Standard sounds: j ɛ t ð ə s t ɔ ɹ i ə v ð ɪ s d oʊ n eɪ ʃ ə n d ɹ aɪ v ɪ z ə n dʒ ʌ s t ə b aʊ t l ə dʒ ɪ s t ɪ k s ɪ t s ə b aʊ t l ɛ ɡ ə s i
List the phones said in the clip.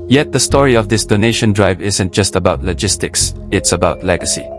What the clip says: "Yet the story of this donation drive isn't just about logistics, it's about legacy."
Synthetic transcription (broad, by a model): j ɛ t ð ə s t ɔ ɹ i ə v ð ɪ s d oʊ n eɪ ʃ ə n d ɹ aɪ v ɪ z ə n dʒ ʌ s t ə b aʊ t l ə dʒ ɪ s t ɪ k s ɪ t s ə b aʊ t l ɛ ɡ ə s i